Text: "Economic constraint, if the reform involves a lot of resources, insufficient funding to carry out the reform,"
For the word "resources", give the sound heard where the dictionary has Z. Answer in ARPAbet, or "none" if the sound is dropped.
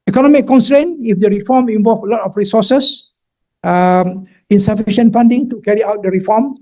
none